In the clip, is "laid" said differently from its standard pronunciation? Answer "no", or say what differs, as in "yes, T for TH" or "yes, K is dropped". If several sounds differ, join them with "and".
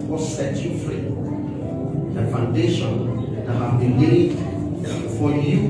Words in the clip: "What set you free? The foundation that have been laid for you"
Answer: yes, W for L